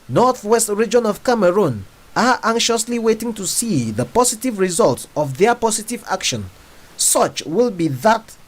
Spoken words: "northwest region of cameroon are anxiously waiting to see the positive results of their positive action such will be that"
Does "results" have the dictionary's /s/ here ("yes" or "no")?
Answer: yes